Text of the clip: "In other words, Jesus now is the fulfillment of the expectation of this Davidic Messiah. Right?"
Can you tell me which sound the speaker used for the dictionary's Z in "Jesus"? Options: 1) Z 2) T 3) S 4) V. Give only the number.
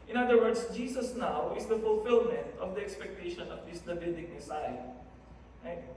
3